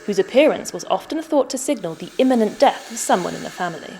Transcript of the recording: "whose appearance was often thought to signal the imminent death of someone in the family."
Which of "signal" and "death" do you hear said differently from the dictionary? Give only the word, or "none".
none